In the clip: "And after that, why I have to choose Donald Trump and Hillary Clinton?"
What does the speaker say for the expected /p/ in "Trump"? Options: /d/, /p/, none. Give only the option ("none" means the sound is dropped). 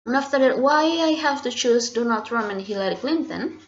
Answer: none